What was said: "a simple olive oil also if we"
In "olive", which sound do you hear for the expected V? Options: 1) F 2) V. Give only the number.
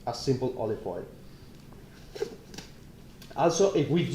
1